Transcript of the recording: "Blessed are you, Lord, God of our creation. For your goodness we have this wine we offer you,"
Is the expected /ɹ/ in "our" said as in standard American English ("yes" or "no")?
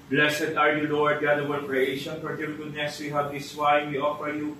no